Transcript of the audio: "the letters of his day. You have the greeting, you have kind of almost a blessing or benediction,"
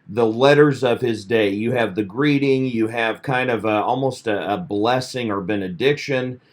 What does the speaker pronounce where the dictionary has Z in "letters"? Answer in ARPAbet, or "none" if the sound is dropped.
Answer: Z